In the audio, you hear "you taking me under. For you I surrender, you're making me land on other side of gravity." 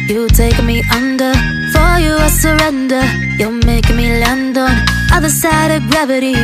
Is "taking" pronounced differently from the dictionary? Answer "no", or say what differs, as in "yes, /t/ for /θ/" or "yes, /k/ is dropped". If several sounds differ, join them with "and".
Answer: yes, /k/ is dropped